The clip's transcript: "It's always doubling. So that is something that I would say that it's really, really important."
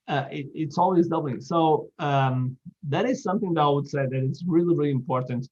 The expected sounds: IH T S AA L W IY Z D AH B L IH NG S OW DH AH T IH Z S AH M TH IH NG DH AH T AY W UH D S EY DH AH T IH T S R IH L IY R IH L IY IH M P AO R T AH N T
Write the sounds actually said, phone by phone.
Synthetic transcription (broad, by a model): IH T S AA L W IY Z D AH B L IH S OW DH AH T IH Z S AH M TH IH NG DH AH T AY W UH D S EY DH AH T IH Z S R IH L IY R IH L IY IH M P AO R T N T